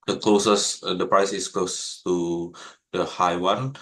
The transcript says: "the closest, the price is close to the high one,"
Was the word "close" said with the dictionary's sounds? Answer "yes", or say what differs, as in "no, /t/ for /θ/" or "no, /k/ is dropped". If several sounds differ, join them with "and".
yes